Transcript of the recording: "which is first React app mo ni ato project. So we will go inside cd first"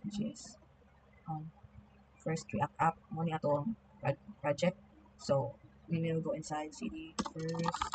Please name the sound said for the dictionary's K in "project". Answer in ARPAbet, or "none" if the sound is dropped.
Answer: K